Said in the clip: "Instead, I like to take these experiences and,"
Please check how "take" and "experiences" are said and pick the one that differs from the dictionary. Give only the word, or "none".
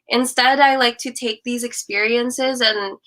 none